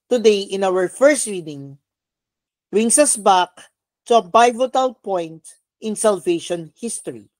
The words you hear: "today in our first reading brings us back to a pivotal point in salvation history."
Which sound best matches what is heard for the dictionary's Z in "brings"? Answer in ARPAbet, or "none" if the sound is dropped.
S